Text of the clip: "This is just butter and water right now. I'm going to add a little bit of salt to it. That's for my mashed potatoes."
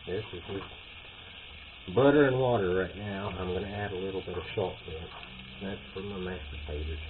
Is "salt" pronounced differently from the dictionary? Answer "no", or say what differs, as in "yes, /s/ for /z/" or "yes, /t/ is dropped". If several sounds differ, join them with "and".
yes, /ʃ/ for /s/